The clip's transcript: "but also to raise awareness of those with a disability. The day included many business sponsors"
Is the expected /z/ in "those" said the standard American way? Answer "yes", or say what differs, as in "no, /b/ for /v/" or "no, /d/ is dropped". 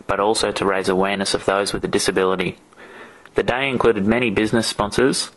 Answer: yes